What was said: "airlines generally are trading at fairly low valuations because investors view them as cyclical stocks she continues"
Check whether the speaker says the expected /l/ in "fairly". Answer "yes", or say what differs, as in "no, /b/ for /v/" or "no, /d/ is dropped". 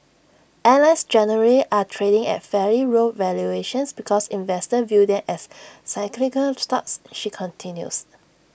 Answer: no, /l/ is dropped